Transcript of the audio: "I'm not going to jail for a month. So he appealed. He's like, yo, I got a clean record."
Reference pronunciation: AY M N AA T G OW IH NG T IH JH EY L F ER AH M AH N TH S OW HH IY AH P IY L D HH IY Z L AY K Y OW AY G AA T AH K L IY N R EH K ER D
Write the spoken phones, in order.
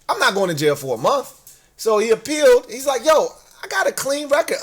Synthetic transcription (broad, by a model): AY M N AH T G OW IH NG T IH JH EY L F ER AH M AH N TH S OW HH IY AH P IY L D HH IY Z L AY K Y OW AY G AA T AH K L IY N R EH K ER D